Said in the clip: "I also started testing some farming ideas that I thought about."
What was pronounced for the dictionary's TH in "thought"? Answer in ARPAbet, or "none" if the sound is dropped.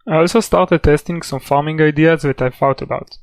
F